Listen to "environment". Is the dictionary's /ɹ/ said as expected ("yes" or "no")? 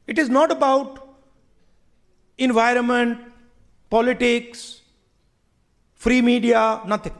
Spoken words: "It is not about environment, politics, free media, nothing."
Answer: yes